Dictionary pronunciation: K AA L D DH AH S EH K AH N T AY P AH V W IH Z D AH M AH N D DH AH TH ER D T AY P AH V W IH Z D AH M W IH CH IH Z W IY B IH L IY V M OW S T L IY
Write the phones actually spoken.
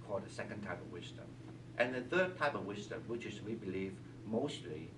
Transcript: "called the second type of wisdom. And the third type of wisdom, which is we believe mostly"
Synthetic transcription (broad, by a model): K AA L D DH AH S EH K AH N T AY P AH V W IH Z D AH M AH N DH AH TH ER D T AY P AH V W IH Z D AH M W IH CH IH Z W IY B IH L IY V M OW S T L IY